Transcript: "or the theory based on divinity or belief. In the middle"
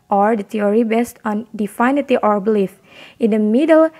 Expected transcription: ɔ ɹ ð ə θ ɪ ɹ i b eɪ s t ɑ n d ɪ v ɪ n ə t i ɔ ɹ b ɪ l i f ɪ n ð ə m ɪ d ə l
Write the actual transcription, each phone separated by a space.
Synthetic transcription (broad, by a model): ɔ ɹ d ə t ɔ ɹ i b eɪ s t ɑ n d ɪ f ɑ n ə t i ɔ ɹ b ɪ l i f ɪ n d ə m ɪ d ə l